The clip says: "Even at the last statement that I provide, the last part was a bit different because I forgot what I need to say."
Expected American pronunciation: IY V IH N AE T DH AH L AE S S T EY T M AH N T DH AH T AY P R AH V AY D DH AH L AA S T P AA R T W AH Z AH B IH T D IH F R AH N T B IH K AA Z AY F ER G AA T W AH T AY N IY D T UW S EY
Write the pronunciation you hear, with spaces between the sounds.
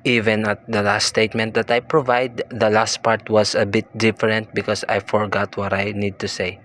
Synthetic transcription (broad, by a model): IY V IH N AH T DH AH L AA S S T EY T M AH N T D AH T AY P R AH V AY D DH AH L AA S T P AA R T W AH S AH B IH T D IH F R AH N T B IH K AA S AY F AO G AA T W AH T AY N IY D T UW S EY